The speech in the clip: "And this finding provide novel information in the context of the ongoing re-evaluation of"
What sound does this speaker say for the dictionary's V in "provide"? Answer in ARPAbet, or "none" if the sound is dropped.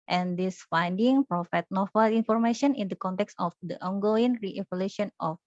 F